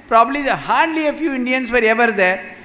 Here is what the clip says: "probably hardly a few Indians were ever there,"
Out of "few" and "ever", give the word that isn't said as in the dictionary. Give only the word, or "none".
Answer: none